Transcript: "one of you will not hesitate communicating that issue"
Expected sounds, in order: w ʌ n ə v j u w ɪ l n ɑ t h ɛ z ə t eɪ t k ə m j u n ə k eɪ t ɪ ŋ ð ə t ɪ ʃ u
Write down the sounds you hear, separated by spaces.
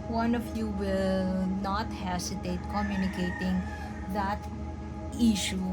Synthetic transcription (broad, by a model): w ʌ n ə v j u w ɪ l n ɑ t h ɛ s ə t eɪ t k ə m j u n ə k eɪ t ɪ ŋ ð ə t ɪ ʃ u